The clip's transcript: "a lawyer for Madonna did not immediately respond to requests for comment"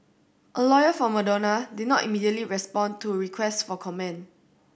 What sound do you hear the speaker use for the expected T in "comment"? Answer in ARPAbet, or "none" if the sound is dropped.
none